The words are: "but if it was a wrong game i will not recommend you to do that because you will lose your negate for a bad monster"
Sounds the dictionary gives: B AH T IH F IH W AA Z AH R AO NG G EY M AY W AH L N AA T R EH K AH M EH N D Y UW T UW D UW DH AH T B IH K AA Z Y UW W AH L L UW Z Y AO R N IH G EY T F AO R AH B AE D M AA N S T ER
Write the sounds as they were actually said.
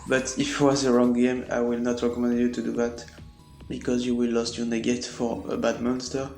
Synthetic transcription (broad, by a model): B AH T IH F W AA Z AH R AO NG G EY M AY W AH L N AA T R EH K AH M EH N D Y UW T UW D UW DH AH T B IH K AA Z Y UW W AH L L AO S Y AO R N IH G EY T F AO R AH B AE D M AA N S T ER